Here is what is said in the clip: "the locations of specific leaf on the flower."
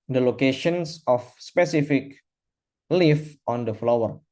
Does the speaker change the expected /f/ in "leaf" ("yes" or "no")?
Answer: no